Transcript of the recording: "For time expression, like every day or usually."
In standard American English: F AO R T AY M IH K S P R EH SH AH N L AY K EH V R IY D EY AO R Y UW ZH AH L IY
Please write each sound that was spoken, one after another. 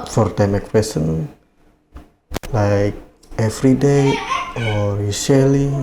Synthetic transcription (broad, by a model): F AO R T AY M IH K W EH S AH N L AY K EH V R IY D EY AO R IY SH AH L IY